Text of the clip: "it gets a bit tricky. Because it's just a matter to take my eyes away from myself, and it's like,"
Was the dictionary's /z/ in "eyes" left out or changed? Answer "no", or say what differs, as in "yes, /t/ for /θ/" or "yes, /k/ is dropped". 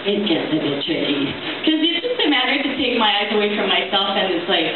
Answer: no